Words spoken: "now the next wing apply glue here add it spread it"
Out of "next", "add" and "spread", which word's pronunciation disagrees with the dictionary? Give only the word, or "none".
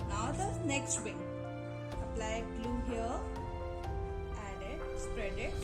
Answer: none